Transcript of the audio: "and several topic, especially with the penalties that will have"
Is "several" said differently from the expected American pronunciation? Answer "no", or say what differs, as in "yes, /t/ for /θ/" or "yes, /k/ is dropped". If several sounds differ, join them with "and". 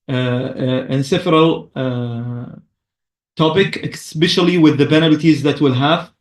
yes, /f/ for /v/